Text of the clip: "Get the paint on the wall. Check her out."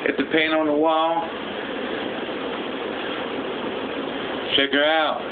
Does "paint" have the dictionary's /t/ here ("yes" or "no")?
no